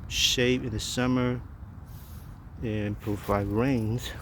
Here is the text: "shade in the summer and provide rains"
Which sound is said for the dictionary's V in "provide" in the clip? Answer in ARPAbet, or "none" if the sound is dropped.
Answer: F